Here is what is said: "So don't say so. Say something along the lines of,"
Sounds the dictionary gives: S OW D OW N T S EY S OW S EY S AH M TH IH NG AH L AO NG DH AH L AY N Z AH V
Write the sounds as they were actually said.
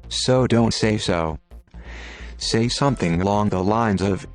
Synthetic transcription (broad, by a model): S OW D OW N T S EY S OW S EY S AH M TH IH NG AH L AO NG DH AH L AY N Z AH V